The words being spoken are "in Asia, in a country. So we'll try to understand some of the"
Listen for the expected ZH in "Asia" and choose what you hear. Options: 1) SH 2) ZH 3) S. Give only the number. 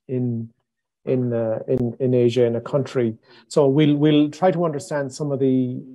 2